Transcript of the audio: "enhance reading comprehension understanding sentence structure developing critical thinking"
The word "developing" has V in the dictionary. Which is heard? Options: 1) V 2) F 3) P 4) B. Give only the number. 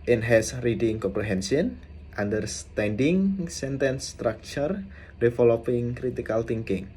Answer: 2